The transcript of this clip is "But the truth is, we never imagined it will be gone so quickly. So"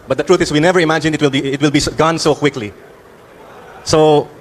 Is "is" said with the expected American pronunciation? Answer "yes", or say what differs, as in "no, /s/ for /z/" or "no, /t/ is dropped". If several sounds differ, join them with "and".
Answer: no, /s/ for /z/